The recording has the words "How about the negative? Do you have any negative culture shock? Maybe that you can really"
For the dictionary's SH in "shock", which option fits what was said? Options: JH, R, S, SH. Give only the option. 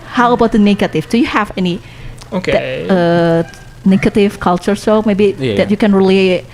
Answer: S